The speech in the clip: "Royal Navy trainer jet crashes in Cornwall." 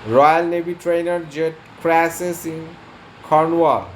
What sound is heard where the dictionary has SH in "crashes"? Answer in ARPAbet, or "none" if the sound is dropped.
S